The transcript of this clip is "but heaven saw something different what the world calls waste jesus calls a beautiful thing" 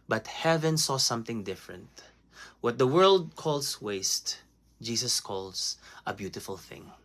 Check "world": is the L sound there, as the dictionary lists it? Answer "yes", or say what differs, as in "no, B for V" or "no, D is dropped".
yes